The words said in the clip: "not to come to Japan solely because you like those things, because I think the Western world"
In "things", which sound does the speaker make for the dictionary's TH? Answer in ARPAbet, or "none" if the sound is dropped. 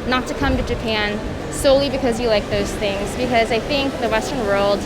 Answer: TH